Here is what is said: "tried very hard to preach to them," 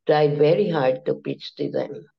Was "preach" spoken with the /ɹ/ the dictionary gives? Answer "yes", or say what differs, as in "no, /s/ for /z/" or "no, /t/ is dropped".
no, /ɹ/ is dropped